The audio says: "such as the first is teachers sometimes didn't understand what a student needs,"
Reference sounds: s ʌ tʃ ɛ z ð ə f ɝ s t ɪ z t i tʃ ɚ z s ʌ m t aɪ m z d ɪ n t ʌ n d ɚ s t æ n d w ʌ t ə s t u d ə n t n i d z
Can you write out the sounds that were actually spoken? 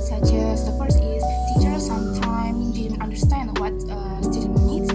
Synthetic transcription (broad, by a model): s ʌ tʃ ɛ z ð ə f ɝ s ɪ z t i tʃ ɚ s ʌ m t aɪ m d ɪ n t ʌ n d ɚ s t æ n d w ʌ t ə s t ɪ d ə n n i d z